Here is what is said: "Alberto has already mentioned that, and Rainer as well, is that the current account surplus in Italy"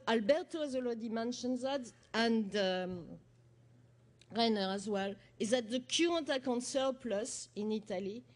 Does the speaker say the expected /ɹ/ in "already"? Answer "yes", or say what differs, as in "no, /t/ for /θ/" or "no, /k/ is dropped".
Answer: no, /l/ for /ɹ/